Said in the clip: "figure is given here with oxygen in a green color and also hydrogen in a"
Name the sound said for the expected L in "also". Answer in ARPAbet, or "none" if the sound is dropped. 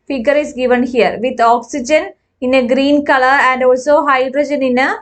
L